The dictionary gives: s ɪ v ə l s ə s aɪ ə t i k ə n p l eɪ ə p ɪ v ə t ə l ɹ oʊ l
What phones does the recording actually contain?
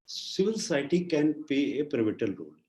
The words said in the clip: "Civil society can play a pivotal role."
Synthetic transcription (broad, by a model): s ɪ v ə l s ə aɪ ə t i k ə n p eɪ ə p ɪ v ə t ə l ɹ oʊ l